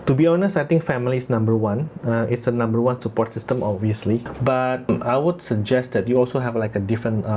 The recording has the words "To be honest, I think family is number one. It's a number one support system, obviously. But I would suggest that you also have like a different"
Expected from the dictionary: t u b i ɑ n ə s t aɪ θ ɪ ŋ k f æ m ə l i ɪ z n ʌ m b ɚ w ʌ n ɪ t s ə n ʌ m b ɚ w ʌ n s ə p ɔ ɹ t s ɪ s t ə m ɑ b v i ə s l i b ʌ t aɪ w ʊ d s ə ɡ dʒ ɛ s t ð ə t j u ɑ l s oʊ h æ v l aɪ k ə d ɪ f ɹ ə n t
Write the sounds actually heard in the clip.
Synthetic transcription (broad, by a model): t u b i ɑ n ə s t aɪ t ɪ ŋ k f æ m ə l i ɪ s n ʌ m b ɚ w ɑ n ɪ t s ə n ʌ m b ɚ w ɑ n s ə p ɔ ɹ t s ɪ s t ə m ɑ b v i ə s l i b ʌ t aɪ w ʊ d s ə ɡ dʒ ɛ s t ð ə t j u ɑ l s oʊ h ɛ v l aɪ k ə d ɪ f ɹ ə n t